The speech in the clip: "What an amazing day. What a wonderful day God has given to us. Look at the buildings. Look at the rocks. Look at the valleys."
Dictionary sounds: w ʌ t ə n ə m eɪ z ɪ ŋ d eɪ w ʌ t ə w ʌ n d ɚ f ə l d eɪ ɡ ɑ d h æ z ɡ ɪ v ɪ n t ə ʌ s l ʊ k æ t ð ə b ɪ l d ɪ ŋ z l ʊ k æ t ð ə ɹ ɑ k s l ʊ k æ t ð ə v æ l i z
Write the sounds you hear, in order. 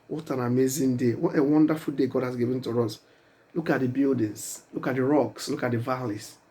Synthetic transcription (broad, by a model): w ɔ t ə n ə m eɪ z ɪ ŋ d eɪ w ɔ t ə w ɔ n d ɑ f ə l d eɪ ɡ ɑ d h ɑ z ɡ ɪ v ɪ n t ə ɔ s l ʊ k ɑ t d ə b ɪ l d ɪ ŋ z l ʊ k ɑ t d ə ɹ ɑ k s l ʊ k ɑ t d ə v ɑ l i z